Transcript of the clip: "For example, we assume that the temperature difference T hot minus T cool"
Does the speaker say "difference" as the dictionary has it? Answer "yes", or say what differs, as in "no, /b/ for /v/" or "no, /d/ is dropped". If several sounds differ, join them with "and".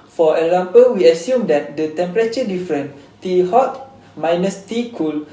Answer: no, /s/ is dropped